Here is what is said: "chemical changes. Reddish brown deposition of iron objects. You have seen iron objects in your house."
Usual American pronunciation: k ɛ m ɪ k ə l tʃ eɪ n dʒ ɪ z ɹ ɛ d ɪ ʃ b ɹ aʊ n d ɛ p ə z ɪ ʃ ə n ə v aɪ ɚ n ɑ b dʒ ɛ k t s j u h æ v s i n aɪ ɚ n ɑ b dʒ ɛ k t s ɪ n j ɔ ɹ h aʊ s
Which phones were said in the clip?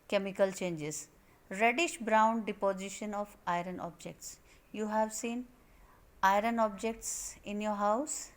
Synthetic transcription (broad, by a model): k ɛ m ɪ k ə l tʃ eɪ n dʒ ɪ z ɹ ɛ d ɪ ʃ b ɹ aʊ n d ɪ p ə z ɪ ʃ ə n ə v aɪ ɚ n ɑ b dʒ ɛ k t s j u h æ v s i n aɪ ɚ n ɑ b dʒ ɛ k t s ɪ n j ɔ ɹ h aʊ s